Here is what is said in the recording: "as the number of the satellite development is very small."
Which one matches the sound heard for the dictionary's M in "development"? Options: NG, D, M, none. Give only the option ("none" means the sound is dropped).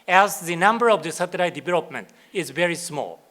M